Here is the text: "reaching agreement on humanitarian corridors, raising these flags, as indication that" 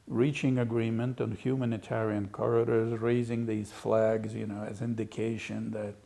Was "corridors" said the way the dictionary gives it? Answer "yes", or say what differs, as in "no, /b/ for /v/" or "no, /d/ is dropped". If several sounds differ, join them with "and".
yes